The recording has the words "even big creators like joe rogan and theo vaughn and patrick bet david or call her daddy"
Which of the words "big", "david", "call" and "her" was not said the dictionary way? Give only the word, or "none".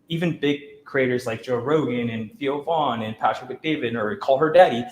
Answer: none